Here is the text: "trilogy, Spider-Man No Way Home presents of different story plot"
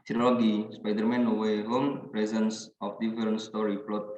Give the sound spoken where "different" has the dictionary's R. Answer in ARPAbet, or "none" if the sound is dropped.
none